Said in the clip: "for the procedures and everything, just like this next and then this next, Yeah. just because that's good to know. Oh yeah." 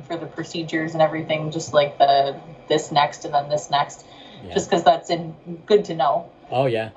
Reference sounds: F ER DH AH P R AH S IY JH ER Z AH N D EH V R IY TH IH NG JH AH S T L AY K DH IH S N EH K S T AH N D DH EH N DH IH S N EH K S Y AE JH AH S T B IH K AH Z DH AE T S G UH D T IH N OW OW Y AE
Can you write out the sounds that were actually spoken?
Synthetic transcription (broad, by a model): F ER DH AH P R AH S IY JH ER Z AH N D EH V R IY TH IH NG JH AH S T L AY K DH IH S N EH K S T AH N DH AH N DH IH S N EH K S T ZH AH S K AH Z DH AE T S G UH D T IH N OW OW Y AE